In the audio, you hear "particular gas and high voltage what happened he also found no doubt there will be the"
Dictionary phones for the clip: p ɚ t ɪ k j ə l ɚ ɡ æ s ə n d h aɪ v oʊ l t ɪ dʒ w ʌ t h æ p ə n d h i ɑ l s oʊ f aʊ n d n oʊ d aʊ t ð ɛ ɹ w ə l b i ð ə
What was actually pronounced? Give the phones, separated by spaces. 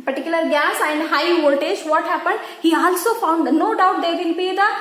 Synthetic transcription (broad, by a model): p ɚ t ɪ k j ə l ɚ ɡ æ s ə n d h aɪ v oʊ t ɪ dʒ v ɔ t h æ p ə n d h i ɑ l s oʊ f aʊ n d n oʊ d aʊ t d ɛ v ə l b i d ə